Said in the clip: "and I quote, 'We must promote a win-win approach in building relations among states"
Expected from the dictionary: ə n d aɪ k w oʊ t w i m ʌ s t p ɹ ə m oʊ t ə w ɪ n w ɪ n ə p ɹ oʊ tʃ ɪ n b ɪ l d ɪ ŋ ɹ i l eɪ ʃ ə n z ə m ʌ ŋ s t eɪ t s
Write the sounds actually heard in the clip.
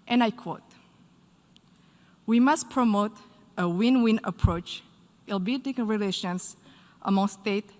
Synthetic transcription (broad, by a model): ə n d aɪ k w oʊ t w i m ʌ s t p ɹ ə m oʊ t ə w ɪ n w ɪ n ə p ɹ oʊ tʃ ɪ l b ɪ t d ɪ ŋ ɹ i l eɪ ʃ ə n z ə m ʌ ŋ s t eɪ t